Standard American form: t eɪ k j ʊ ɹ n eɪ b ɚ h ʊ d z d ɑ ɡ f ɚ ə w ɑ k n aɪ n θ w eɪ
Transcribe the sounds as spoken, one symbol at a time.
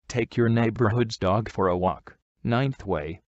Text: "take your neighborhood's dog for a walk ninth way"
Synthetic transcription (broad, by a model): t eɪ k j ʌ ɹ n eɪ b ɚ h ʊ d z d ɑ ɡ f ɚ ə w ɑ k n aɪ n θ w eɪ